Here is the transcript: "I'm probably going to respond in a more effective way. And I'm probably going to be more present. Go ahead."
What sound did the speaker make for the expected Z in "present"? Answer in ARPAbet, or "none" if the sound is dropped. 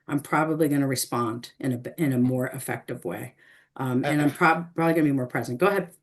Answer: Z